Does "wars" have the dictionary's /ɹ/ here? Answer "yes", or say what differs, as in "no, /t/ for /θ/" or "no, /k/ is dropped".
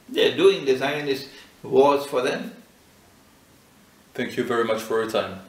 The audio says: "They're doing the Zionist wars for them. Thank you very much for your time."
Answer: no, /l/ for /ɹ/